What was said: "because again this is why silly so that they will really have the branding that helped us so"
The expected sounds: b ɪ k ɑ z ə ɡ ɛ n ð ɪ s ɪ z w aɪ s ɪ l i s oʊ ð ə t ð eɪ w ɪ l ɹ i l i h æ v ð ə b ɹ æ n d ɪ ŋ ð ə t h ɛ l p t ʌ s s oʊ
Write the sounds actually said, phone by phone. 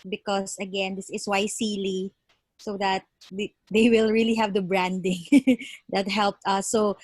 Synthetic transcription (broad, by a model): b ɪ k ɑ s ə ɡ ɛ n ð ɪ s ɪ s w aɪ s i l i s oʊ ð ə t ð eɪ w ɪ l ɹ i l i h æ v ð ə b ɹ æ n d ɪ ŋ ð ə t h ɛ l p t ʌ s s oʊ